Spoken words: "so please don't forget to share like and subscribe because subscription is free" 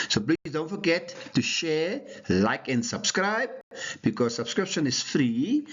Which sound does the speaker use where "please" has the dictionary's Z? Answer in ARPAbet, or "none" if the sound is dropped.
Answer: none